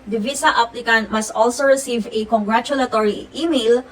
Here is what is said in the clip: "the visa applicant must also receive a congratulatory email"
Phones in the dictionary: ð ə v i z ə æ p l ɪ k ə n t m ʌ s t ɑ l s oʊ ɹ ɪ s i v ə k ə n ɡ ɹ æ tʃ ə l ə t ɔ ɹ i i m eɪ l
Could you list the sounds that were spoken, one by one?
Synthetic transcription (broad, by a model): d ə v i s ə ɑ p l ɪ k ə n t m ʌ s t ɑ l s oʊ ɹ ɪ s i v ə k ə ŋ ɡ ɹ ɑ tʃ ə l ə t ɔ ɹ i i m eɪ l